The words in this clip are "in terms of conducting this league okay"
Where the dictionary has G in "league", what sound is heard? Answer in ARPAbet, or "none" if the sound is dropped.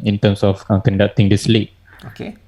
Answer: none